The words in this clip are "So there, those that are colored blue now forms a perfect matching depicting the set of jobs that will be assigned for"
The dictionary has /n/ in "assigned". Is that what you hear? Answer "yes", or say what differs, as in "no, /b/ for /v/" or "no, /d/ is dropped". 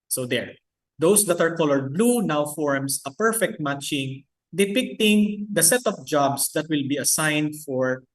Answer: yes